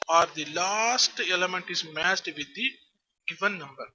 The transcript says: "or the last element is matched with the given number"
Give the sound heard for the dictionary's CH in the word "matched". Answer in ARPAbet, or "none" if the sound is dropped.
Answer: S